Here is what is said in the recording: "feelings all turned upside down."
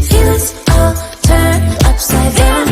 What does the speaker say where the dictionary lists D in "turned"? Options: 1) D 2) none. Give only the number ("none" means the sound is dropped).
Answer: 2